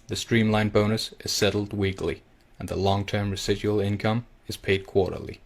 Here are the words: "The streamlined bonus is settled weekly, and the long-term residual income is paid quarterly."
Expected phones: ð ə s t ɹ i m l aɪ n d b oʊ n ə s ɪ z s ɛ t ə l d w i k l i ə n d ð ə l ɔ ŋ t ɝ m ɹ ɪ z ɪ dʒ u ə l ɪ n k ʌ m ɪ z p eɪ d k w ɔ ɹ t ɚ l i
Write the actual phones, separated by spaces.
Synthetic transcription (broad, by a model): ð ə s t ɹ i m l aɪ n b oʊ n ə s ɪ z s ɛ t l d w i k l i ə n ð ə l ɔ ŋ t ɝ m ɹ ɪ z ɪ dʒ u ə l ɪ n k ʌ m ɪ z p eɪ d k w ɔ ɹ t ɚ l i